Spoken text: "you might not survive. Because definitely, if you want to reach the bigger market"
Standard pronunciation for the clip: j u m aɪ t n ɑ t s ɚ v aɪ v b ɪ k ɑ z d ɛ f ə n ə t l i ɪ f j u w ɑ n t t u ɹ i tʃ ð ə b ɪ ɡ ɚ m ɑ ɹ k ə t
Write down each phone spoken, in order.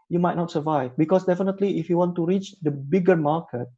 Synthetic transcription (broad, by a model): j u m aɪ t n ɑ t s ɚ v aɪ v b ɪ k ɑ s d ɛ f ə n ə t l i ɪ f j u w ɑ n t t u ɹ i tʃ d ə b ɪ ɡ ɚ m ɑ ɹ k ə t